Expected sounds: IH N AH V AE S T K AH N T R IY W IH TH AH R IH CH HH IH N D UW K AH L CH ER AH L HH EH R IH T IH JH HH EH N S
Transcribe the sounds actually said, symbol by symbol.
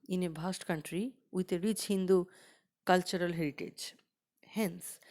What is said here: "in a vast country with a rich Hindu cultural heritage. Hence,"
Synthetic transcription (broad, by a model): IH N AH B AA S T K AH N T R IY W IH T AH R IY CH HH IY N D UW K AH L CH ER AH L HH EH R IH T IH JH HH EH N S